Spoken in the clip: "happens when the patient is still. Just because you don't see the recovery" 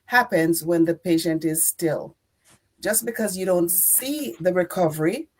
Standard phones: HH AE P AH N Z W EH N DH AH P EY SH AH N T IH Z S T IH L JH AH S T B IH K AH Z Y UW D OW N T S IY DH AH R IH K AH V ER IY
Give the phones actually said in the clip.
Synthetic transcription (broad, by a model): HH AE P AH N Z W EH N DH AH P EY SH AH N T IH Z S T IH L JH AH S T B IH K AH Z Y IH D OW N T S IY DH AH R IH K AH V ER IY